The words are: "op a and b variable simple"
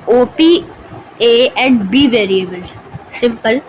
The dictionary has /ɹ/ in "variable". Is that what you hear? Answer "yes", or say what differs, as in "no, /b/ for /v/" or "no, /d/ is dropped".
yes